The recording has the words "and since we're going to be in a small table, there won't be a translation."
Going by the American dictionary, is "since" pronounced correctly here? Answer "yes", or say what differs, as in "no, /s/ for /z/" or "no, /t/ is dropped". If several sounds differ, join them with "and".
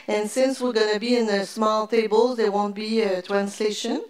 yes